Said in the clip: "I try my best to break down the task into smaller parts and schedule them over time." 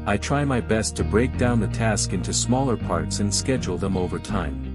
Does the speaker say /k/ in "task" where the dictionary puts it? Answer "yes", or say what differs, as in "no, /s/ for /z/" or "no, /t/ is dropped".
yes